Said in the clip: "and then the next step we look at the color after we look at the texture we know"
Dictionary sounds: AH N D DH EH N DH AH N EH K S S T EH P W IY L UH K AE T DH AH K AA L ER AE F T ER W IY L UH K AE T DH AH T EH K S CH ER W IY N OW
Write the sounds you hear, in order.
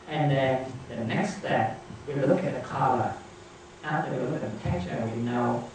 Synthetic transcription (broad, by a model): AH N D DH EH N DH AH N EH K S S T EH P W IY L UH K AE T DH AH K AA L ER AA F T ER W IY L UH K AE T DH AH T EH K CH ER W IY N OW